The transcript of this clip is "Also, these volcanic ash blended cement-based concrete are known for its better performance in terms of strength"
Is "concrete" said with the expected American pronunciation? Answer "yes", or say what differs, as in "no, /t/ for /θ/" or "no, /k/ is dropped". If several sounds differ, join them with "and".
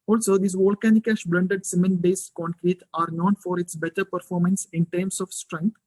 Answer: yes